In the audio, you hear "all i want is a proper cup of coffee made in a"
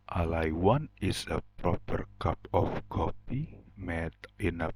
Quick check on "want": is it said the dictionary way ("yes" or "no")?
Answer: no